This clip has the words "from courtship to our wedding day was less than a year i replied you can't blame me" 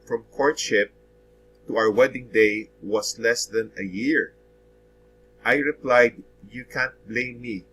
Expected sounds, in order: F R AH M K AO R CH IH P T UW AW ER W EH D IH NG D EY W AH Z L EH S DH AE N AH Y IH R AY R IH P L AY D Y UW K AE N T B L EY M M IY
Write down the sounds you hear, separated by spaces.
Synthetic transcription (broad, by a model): F R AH M K AO R CH IH P T UW AW ER W EH D IH NG D EY W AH S L EH S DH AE N AH Y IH R AY R IH P L AY D Y UW K AE N T B L EY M M IY